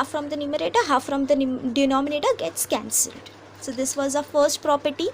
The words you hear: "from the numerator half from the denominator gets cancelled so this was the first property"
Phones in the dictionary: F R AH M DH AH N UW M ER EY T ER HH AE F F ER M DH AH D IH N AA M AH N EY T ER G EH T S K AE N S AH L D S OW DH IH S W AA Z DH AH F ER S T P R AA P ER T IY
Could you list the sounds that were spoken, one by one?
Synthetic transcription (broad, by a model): F R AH M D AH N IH M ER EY T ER HH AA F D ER M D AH D IH N AA M AH N EY T ER G EH T S K AE N S AH L D S OW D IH S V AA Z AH F ER S T P R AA P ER T IY